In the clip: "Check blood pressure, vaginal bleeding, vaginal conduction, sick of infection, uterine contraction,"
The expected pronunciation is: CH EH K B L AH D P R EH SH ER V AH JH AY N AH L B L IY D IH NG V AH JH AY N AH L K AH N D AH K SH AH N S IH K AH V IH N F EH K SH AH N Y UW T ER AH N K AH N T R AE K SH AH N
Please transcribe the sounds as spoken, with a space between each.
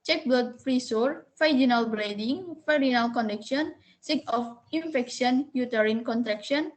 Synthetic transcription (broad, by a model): CH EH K B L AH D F R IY S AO F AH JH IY N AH L B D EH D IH NG F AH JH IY N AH L K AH N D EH K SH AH N S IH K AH F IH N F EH K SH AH N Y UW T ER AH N K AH N T R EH K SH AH N